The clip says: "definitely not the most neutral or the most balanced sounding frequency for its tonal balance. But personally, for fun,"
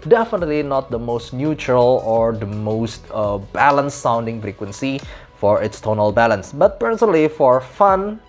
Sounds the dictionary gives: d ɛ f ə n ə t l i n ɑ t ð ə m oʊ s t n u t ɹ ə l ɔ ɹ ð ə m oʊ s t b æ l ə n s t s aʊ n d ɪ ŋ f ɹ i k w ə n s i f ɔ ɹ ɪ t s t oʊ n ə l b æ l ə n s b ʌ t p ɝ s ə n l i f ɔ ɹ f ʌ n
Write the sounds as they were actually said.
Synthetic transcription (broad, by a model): d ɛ f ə n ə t l i n ɑ t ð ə m oʊ s t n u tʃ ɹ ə l ɔ ɹ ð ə m oʊ s t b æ l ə n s s aʊ n d ɪ ŋ f ɹ i k w ə n s i f ɔ ɹ ɪ t s t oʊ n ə l b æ l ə n s b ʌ t p ɝ s ə n l i f ɔ ɹ f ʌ n